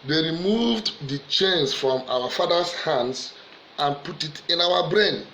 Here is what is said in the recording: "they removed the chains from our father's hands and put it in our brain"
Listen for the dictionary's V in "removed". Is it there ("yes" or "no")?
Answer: yes